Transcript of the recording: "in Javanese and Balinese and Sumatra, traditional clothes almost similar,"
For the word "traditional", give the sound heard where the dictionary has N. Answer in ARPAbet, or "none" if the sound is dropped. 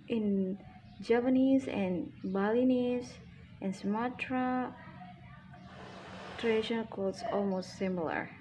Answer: none